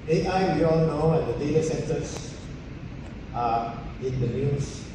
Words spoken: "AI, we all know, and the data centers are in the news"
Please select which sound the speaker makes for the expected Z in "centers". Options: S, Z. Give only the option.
S